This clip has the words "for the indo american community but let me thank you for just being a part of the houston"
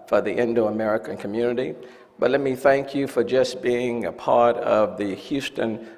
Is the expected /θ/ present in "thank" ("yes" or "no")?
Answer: yes